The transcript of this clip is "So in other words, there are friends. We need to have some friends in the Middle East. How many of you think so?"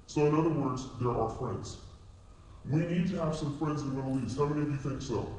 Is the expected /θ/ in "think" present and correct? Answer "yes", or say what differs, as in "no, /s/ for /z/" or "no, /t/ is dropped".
yes